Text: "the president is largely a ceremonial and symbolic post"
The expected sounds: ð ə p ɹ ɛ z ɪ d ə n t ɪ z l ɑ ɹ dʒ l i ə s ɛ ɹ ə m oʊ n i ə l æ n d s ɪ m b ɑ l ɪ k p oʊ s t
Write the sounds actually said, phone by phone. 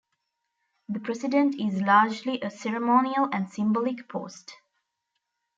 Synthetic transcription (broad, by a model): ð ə p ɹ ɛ s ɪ d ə n t ɪ z l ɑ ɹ dʒ l i ə s ɛ ɹ ə m oʊ n i ə l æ n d s ɪ m b ɑ l ɪ k p oʊ s t